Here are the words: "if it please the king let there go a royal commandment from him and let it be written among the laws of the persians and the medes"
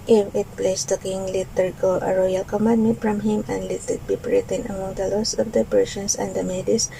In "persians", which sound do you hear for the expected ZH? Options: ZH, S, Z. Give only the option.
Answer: S